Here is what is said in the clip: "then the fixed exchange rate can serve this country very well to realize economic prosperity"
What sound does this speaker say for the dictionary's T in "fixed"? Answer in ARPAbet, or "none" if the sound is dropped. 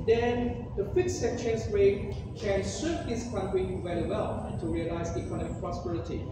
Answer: none